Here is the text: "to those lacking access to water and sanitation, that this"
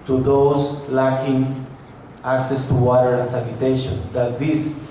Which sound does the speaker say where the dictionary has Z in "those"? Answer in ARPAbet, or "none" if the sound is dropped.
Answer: S